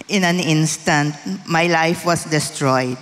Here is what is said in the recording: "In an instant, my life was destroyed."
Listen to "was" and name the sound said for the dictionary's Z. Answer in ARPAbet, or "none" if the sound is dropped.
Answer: S